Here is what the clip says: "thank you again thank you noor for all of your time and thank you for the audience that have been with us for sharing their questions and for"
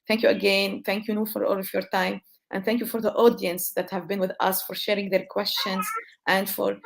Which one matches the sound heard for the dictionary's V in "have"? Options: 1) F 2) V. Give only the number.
2